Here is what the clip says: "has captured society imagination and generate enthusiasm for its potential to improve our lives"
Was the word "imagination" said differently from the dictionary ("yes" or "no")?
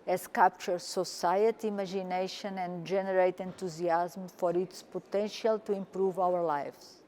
yes